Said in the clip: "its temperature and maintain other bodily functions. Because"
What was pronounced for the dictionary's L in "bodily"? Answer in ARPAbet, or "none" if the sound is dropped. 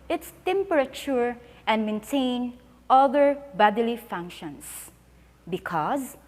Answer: L